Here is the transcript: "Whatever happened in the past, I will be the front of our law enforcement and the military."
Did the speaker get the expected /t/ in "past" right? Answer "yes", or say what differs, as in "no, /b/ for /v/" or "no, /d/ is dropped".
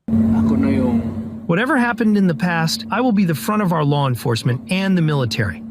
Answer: yes